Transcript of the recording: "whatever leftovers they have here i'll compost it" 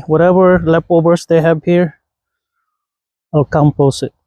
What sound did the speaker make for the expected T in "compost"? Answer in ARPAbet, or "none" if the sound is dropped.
none